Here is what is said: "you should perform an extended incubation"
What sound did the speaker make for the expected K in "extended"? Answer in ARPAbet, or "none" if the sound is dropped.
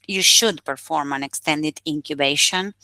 K